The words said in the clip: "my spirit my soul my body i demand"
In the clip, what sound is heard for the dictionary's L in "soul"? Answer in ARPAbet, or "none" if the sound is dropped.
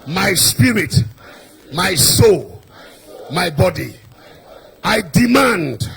L